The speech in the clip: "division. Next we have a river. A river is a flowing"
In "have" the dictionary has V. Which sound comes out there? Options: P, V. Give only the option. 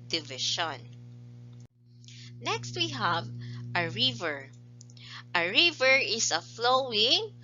V